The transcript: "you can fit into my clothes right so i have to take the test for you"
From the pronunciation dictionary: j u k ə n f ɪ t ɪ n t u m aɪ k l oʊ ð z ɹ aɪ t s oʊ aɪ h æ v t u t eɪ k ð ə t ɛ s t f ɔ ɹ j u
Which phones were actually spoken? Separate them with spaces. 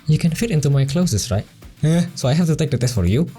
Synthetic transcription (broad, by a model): j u k ə n f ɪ t ɪ n t u m aɪ k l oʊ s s ɹ aɪ t s oʊ aɪ h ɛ f t u t eɪ k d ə t ɛ s t f ɔ ɹ j u